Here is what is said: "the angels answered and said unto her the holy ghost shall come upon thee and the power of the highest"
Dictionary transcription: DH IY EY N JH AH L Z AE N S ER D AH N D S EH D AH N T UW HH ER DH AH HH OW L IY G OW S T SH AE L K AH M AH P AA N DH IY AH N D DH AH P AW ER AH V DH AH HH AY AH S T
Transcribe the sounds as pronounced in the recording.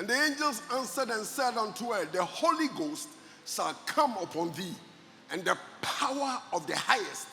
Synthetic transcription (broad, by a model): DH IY EY N JH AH L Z AE N S ER D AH N S EH D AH N T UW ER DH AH HH OW L IY G OW S T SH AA L K AH M AH P AA N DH IY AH N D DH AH P AW ER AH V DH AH HH AY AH S T